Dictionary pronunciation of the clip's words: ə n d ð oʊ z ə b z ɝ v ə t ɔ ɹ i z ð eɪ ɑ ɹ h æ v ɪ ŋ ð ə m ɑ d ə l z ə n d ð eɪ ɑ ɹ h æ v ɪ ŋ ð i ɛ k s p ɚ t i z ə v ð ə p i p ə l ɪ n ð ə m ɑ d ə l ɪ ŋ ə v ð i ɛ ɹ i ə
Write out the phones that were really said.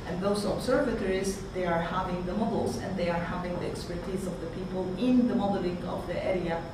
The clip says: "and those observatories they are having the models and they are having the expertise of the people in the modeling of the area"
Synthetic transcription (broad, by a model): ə n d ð oʊ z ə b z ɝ v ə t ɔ ɹ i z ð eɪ ɑ ɹ h æ v ɪ ŋ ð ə m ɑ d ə l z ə n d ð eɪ ɑ ɹ h æ v ɪ ŋ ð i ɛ k s p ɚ t i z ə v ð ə p i p ə l ɪ n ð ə m ɑ d ə l ɪ ŋ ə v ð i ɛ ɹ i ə